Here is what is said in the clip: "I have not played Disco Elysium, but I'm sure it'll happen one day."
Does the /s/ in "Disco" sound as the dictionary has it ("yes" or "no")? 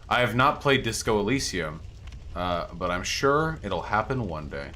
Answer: yes